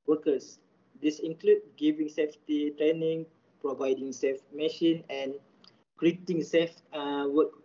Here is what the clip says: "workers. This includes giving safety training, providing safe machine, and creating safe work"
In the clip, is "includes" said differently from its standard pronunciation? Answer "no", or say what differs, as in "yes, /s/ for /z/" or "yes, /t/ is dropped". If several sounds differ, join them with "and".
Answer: yes, /z/ is dropped